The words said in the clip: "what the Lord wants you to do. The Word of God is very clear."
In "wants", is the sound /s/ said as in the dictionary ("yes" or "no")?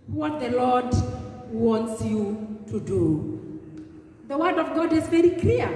yes